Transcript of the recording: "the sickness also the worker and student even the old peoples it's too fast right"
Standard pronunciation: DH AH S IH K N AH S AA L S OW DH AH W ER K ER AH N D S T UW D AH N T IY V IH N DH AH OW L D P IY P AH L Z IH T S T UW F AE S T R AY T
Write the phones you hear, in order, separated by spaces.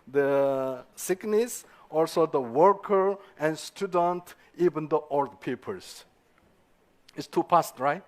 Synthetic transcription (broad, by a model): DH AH S IH K N AH S AA L S OW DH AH W ER K ER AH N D S T UW D AH N T IY V IH N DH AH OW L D P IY P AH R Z IH T S T UW P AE S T R AY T